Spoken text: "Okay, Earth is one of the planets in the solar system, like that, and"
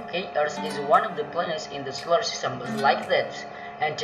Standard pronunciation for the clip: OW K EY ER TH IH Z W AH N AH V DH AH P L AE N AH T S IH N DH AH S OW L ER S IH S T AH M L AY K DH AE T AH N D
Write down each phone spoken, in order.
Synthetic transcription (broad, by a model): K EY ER S IH Z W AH N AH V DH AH P L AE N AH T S IH N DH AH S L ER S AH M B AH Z L AY K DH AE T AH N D